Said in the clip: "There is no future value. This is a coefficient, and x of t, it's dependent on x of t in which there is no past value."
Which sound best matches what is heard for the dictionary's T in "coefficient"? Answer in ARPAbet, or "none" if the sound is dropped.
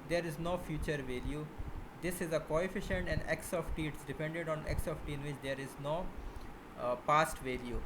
T